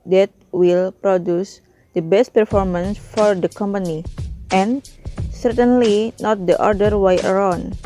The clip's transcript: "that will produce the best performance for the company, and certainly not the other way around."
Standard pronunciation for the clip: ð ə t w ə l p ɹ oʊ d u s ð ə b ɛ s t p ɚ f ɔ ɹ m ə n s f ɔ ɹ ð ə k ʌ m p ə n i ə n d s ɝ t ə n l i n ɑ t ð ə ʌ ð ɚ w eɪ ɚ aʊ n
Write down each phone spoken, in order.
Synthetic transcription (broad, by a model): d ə t w ə l p ɹ oʊ d u s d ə b ɛ s t p ɚ f ɔ ɹ m ə n s f ɔ ɹ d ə k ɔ m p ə n i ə n s ɝ t ə n l i n ɑ t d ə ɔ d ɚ w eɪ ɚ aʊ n